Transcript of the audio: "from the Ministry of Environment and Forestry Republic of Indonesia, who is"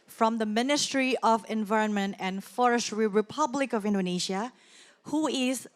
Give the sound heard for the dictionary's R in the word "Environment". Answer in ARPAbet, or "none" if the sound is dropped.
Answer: R